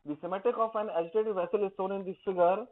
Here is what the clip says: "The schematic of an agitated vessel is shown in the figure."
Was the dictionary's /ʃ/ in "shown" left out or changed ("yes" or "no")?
yes